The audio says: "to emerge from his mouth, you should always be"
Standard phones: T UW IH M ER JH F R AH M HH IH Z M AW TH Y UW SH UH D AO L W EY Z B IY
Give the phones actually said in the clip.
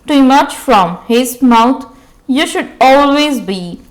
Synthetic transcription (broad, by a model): T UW M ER CH F R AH M HH IH Z M AW T Y UW SH UH D AO L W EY Z B IY